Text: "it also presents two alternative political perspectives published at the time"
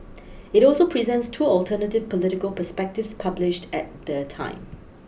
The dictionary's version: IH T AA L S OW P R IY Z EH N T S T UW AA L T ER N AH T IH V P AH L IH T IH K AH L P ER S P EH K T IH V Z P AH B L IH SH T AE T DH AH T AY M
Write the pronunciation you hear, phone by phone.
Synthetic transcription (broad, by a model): IH T AA L S OW P R IY Z EH N T S T UW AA L T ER N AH T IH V P AH L IH T IH K AH L P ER S P EH K T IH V S P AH B L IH SH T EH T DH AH T AY M